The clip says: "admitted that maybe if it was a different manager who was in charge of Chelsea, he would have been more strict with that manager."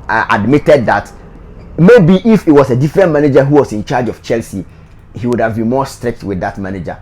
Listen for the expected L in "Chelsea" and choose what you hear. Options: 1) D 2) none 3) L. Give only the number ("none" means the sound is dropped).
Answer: 3